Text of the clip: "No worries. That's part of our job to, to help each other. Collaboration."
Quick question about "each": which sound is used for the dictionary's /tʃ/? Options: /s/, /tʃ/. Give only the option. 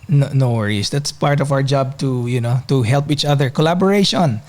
/tʃ/